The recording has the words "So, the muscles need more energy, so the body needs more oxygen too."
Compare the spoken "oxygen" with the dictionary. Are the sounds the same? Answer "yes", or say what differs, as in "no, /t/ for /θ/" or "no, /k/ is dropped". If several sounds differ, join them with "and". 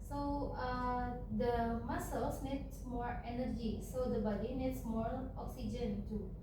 yes